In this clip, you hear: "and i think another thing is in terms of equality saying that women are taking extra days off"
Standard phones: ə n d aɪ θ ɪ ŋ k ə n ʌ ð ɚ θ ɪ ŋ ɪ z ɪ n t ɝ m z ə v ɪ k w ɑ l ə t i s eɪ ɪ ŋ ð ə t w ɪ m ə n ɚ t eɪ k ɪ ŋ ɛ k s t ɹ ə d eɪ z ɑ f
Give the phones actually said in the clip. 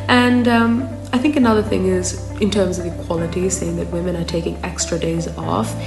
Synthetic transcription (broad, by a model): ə n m aɪ θ ɪ ŋ k ə n ʌ ð ɚ θ ɪ ŋ ɪ z ɪ n t ɝ m z ə v ɪ k w ɑ l ə t i s eɪ ɪ ŋ ð ə t w ɪ m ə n ɚ t eɪ k ɪ ŋ ɛ k s t ɹ ə d eɪ z ɑ f